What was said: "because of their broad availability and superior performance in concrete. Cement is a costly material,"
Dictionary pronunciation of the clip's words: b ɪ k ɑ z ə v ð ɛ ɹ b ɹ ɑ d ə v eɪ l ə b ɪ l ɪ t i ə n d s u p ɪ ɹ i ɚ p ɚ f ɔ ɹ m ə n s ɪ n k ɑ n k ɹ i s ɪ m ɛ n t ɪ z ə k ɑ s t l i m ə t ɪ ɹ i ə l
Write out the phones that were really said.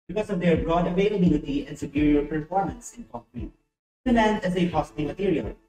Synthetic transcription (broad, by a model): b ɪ k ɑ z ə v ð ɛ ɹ b ɹ ɑ d ə v eɪ l ə b ɪ l ɪ t i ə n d s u p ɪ ɹ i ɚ p ɚ f ɔ ɹ m ə n s ɪ n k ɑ k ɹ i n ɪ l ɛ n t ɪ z ə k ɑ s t i m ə t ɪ ɹ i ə l